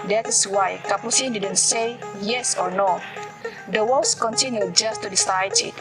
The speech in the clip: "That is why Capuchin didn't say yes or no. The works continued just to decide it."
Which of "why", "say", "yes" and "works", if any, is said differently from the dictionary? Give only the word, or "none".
works